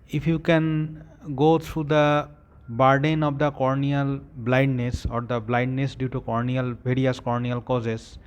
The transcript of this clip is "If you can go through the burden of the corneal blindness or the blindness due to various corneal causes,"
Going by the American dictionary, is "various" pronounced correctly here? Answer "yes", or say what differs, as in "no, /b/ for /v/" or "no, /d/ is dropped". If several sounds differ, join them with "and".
no, /b/ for /v/